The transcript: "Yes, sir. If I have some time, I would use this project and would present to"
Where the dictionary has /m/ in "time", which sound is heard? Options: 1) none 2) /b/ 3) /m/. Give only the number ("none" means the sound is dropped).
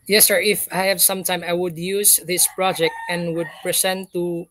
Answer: 3